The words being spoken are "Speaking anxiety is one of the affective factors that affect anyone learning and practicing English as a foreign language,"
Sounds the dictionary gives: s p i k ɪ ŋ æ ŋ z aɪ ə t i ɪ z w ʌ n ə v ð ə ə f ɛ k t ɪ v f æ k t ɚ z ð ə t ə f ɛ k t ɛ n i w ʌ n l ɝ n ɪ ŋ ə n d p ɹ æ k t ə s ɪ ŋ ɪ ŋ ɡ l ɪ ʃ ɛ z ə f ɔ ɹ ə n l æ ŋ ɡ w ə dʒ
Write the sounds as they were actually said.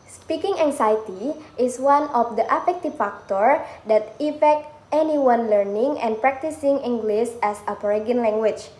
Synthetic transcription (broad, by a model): s p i k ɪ ŋ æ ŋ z aɪ t i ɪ s w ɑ n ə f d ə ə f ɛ k t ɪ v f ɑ k t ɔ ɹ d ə t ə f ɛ k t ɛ n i w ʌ n l ɝ n ɪ ŋ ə n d p ɹ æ k t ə s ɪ ŋ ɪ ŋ ɡ l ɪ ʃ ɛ s ə p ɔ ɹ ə n l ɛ ŋ ɡ w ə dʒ